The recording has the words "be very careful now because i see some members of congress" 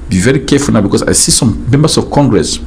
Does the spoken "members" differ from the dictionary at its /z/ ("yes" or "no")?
yes